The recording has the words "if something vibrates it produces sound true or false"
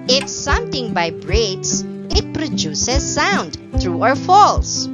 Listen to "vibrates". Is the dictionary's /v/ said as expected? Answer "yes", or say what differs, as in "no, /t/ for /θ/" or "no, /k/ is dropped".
no, /b/ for /v/